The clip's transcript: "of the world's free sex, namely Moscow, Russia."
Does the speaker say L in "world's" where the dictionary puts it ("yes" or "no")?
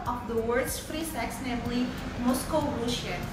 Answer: no